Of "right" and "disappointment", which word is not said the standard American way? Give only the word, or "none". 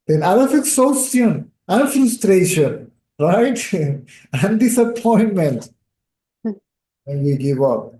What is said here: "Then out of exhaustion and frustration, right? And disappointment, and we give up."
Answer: none